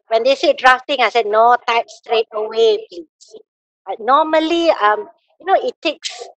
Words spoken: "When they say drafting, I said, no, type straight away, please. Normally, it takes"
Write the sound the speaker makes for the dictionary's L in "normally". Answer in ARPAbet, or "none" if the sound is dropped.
N